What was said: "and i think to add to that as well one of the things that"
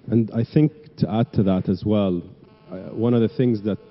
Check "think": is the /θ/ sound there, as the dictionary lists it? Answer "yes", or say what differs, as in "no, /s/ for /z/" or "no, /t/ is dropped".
yes